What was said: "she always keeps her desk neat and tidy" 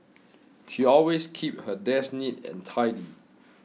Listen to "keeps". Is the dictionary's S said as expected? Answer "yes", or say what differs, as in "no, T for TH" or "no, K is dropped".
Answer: no, S is dropped